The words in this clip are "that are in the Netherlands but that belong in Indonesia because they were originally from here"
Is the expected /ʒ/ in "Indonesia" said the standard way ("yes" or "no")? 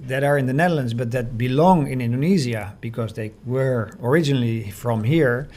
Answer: no